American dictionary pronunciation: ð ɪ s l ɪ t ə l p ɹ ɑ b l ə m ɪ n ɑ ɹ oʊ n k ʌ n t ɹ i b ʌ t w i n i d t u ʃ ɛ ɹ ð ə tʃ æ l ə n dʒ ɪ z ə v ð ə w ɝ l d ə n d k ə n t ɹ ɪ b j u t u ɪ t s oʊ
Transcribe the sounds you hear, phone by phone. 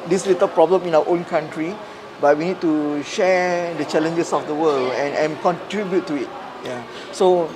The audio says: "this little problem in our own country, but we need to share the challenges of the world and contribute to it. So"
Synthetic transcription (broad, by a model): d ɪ s l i t ə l p ɹ ɑ b l ə m ɪ n ɑ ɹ oʊ n k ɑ n t ɹ i b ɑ t w i n i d t u ʃ ɛ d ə tʃ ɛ l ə n dʒ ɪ s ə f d ə w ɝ l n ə n k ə n t ɹ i b j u t u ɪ t s oʊ